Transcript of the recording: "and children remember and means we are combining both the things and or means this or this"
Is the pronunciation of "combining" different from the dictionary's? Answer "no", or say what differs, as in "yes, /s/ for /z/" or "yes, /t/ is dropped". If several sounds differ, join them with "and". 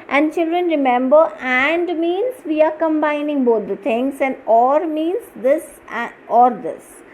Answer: no